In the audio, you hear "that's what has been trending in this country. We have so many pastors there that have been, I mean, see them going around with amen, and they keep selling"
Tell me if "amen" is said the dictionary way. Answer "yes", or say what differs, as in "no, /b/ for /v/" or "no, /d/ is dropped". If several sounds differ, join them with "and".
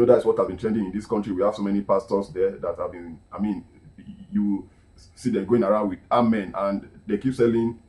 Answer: yes